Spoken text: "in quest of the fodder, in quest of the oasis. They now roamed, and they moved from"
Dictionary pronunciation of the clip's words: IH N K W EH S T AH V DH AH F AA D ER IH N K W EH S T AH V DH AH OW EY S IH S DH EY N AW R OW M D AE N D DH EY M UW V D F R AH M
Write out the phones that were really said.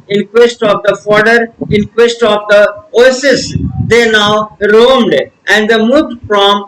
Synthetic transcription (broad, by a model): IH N K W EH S T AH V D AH F AA D ER IH N K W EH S T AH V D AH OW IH S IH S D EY N AW R OW M D AE N D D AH M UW D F R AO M